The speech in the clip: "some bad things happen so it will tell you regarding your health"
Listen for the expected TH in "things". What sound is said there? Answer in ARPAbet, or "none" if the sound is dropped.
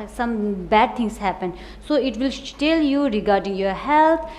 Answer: T